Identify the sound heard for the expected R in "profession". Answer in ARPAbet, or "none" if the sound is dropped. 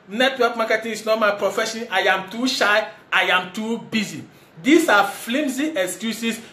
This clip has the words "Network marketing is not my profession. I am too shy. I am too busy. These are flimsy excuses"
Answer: R